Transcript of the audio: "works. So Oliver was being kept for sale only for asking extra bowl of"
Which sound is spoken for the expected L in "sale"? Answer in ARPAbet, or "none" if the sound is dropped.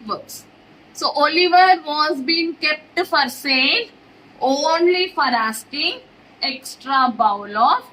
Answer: N